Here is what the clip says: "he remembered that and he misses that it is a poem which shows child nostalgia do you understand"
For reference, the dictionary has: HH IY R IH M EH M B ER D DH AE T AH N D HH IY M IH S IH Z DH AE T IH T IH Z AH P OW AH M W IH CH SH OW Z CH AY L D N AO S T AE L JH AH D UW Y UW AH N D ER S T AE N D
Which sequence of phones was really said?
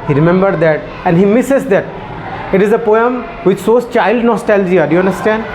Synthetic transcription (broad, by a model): HH IY R IH M EH M B ER D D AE T AH N D HH IY M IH S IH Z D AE T IH T IH Z AH P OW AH M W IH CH S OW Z CH AY L D N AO S T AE L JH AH D UW Y UW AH N D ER S T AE N D